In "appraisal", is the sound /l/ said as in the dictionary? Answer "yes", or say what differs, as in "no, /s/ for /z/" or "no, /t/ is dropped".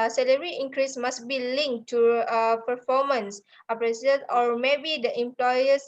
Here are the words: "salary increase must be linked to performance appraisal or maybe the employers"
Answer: no, /n/ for /l/